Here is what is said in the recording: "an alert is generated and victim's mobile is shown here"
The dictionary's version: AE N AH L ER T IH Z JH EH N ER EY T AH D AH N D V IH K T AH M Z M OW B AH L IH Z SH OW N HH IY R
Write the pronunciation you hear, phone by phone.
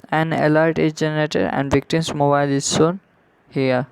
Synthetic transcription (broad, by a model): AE N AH L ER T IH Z JH EH N ER EY T AH D AH N D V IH K T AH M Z M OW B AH L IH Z S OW N HH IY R